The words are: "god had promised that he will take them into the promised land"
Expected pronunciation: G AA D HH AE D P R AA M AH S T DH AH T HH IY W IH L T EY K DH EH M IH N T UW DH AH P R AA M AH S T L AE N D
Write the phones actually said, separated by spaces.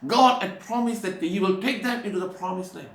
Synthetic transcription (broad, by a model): G AA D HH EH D P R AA M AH S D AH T HH IY W IH L T EY K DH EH M IH N T UW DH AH P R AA M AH S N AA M